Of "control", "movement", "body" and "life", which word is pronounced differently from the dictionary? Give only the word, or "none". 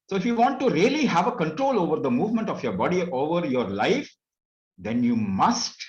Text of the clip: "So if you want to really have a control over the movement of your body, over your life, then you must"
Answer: none